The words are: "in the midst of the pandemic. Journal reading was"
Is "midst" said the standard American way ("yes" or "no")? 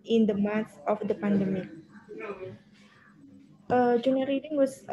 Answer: no